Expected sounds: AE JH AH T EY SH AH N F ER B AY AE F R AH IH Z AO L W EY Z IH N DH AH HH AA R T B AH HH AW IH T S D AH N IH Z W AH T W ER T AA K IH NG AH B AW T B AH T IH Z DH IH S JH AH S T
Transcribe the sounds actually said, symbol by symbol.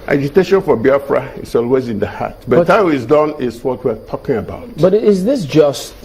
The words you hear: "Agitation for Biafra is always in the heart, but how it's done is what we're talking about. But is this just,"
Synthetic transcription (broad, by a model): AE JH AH T EY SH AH N F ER B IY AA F R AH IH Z AO L W EY Z IH N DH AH HH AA T B AH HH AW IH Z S D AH N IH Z W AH T W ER T AA K IH NG AH B AW T B AH T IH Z DH IH S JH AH S T